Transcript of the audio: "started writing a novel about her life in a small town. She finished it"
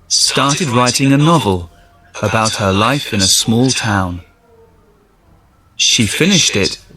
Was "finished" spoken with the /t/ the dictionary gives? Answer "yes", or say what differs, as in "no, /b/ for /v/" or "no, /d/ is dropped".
yes